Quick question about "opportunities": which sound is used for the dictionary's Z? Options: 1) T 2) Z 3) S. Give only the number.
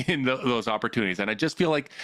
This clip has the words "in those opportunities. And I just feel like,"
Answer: 2